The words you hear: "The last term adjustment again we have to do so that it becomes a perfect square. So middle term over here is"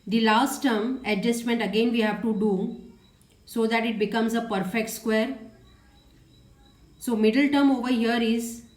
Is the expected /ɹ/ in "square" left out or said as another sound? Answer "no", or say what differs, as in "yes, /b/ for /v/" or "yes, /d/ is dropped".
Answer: no